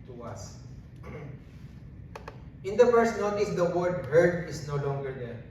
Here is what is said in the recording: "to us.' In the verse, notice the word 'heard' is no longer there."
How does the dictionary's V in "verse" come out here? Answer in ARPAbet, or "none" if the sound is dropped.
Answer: F